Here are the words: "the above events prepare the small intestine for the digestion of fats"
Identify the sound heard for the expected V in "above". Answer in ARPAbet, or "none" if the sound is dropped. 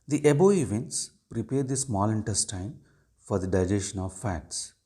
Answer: none